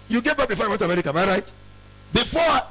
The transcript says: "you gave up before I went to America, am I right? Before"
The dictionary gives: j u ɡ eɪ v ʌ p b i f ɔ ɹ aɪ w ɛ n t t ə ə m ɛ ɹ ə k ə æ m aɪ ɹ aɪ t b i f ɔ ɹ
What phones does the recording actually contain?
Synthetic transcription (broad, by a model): j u ɡ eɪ b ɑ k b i f ɔ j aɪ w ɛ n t t ə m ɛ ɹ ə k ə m aɪ ɹ aɪ t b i f ɔ